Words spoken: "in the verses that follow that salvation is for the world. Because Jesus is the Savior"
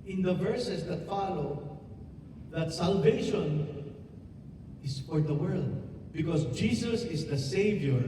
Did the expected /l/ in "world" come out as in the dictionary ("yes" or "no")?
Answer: yes